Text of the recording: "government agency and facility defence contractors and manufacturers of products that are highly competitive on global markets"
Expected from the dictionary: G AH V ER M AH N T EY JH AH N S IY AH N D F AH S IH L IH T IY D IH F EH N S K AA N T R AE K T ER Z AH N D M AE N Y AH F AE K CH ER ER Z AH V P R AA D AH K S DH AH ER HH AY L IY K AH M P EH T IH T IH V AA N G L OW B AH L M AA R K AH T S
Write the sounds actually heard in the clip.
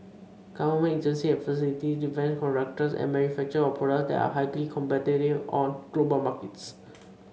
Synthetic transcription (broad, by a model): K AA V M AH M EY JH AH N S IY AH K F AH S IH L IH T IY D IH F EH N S K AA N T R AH K T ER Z AH N D M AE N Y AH F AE K CH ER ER AH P AA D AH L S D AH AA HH AY L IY K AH M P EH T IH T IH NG AA N G L OW B AH L M AA R K AH T S